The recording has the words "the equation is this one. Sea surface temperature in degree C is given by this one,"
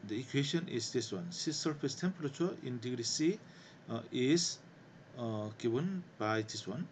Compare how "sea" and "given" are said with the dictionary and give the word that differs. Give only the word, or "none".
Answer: given